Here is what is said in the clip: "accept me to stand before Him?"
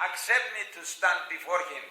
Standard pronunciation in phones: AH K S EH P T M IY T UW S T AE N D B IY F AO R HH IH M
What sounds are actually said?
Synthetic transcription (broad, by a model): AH K S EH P T M IY T UW S T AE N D B IY F AO R HH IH M